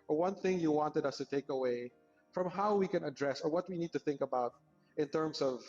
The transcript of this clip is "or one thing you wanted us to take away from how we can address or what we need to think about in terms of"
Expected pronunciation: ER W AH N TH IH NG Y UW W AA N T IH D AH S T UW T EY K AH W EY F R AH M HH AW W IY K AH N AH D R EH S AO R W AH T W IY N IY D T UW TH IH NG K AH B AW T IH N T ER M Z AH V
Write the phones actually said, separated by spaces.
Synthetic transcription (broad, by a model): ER W AH N TH IH NG Y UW W AA N T IH D AH S T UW T EY K AH W EY F R AH M HH AW W IY K AH N AH D R EH S AO R W AH T W IY N IY D T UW TH IH NG K AH B AW T IH N T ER M S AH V